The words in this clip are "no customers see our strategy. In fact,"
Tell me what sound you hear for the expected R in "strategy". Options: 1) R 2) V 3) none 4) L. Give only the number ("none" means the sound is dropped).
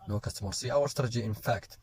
3